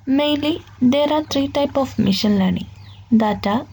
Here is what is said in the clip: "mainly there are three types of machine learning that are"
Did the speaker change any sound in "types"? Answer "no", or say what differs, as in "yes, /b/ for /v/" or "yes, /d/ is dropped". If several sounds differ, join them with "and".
yes, /s/ is dropped